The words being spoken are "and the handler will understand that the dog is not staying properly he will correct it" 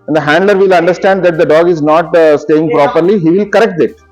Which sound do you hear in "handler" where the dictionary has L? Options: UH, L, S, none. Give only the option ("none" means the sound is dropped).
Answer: L